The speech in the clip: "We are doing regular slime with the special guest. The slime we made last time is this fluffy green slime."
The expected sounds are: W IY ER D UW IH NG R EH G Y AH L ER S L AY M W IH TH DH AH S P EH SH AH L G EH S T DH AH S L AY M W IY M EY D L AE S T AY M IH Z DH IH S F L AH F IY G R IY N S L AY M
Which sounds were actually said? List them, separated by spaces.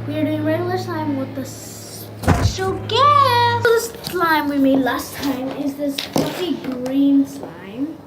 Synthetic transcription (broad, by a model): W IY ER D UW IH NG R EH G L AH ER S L AY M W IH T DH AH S EH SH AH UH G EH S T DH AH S L AY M W IY M EY D L AE S T AY M IH Z DH IH S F AH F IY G R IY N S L AY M